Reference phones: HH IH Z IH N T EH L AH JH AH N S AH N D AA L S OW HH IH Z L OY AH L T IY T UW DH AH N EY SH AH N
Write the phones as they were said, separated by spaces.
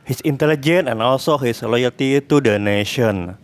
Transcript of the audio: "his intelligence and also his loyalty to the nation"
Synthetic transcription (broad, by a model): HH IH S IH N T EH L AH JH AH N AH N AA L S OW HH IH S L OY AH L T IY T UW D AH N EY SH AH N